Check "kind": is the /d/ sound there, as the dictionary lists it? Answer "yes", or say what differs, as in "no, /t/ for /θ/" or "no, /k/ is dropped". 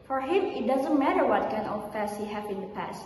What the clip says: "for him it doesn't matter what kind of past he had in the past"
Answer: no, /d/ is dropped